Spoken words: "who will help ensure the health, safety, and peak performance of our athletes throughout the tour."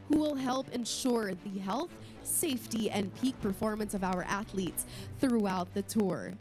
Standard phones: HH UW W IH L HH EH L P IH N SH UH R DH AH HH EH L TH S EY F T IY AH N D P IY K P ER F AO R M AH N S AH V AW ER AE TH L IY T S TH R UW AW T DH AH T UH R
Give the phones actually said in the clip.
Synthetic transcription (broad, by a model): HH UW W IH L HH EH L P IH N SH UH R DH AH HH EH L TH S EY F T IY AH N P IY K P ER F AO R M AH N S AH V AW ER AE TH L IY T S TH R UW AW T DH AH T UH R